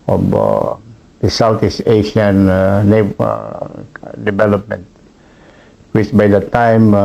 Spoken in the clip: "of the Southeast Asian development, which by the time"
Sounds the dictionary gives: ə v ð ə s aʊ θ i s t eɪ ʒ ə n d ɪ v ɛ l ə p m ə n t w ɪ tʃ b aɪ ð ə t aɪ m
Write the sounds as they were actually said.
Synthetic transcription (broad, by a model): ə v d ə s aʊ t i s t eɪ ʃ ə n d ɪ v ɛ l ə p m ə n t w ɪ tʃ b aɪ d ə t aɪ m